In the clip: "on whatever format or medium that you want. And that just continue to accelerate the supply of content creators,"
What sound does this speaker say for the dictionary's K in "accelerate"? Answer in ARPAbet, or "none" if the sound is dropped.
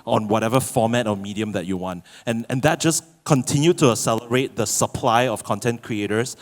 none